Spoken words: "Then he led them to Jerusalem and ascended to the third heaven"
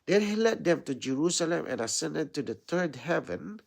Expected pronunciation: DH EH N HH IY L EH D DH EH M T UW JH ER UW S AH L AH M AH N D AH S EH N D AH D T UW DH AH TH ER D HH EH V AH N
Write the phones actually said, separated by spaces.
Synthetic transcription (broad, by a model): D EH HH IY L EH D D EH M T UW JH ER UW S AH L AH M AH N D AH S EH N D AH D T UW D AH T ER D HH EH V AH N